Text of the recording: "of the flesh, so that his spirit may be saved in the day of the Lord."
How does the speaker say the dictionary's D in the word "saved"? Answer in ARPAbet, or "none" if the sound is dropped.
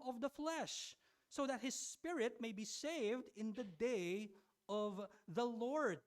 D